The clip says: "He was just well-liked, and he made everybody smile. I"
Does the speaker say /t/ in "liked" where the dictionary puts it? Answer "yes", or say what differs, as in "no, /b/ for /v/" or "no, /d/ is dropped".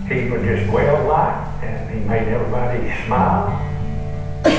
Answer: no, /t/ is dropped